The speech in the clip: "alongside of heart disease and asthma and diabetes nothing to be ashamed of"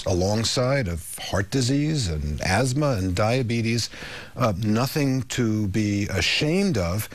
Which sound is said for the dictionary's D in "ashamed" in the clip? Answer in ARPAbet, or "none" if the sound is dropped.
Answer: D